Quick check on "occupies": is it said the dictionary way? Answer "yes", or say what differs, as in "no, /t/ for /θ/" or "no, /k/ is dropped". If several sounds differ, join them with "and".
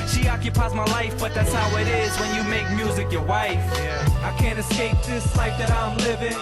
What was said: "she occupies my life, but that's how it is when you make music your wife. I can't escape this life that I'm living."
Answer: yes